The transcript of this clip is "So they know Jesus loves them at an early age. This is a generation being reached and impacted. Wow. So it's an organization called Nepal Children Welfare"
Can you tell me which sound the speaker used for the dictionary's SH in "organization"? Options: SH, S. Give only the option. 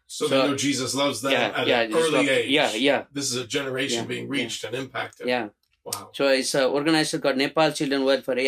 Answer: S